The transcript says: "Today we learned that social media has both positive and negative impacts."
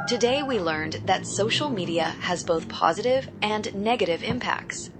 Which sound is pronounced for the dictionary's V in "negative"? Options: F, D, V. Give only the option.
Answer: V